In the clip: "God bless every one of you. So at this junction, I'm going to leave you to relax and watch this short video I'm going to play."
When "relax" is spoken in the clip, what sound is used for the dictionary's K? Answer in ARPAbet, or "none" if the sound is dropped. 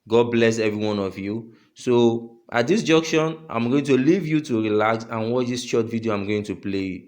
none